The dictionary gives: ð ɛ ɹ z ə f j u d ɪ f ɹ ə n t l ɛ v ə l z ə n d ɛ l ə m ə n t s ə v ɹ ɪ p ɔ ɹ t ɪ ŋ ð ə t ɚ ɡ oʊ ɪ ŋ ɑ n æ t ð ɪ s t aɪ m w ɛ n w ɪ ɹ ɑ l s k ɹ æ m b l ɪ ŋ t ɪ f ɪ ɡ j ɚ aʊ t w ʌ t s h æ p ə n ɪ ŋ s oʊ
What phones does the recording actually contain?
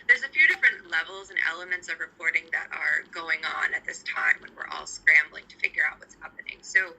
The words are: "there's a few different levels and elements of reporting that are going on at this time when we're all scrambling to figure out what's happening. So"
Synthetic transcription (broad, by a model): ð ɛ ɹ z ə f j u d ɪ f ɹ ə n t l ɛ v l z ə n ɛ l ə m ə n t s ə v ɹ ɪ p ɔ ɹ t ɪ ŋ ð ə t ɚ ɡ oʊ ɪ ŋ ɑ n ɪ t ð ɪ s t aɪ m w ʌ n w ɪ ɹ ɑ l s k ɹ æ m b l ɪ ŋ t ɪ f ɪ ɡ j ɚ aʊ t w ʌ t s h æ p ə n ɪ ŋ s oʊ